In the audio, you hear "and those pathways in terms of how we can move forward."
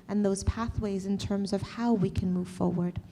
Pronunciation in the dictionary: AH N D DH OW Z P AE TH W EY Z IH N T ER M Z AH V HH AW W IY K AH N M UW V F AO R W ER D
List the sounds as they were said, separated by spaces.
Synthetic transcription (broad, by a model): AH N DH OW Z P AE TH W EY Z IH N T ER M Z AH V HH AW W IY K AH N M UW V F AO R W ER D